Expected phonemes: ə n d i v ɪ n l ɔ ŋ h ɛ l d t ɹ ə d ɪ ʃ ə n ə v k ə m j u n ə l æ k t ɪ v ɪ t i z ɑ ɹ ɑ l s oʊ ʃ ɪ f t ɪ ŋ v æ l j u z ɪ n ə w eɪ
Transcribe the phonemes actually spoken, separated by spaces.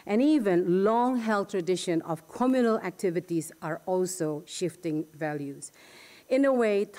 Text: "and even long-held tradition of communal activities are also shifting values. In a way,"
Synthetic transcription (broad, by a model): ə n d i v ɪ n l ɔ ŋ h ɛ l t ɹ ə d ɪ ʃ ə n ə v k ə m j u n ə l æ k t ɪ v ɪ t i z ɑ ɹ ɑ l s oʊ ʃ ɪ f t ɪ ŋ v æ l j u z ɪ n ə w eɪ